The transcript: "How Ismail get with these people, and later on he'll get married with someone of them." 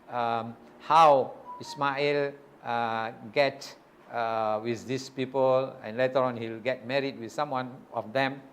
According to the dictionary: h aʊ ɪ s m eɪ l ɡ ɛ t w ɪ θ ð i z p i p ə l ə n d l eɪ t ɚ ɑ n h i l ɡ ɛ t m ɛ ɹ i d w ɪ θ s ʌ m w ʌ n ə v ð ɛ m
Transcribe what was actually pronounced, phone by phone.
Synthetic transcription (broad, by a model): h aʊ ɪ s m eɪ l ɡ ɛ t w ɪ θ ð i s p i p ə l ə n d l eɪ t ɚ ɑ n h i l ɡ ɛ t m ɛ ɹ i d w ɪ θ s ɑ m w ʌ n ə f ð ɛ m